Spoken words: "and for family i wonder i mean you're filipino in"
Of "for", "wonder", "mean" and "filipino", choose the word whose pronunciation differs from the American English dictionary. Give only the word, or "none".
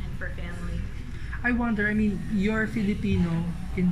none